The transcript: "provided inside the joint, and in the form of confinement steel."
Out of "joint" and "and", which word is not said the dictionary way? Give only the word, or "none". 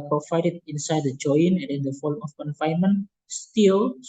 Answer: joint